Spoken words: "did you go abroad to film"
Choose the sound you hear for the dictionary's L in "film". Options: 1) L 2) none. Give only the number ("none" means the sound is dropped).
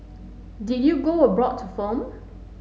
2